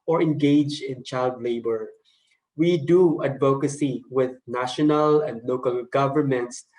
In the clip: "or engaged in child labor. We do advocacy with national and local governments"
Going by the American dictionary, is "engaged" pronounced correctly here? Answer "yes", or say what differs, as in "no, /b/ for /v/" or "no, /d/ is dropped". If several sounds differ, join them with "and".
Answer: no, /d/ is dropped